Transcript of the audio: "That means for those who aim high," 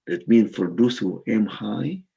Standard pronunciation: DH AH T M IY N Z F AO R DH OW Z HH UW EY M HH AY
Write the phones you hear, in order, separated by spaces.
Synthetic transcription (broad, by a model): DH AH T M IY N F AO R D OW S HH UW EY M HH AY